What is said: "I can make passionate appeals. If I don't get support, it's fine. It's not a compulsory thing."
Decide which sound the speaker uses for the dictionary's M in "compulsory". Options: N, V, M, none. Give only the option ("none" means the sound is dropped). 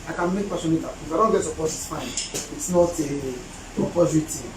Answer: none